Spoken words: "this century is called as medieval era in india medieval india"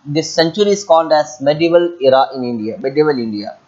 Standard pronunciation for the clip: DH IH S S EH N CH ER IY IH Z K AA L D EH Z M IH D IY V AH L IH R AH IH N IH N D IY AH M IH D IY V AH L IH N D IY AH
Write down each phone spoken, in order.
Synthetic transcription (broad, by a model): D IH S S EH N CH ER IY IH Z K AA N D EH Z M IH D IY V AH L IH R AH IH N IH N D IY AH M IH D IY V AH L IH N D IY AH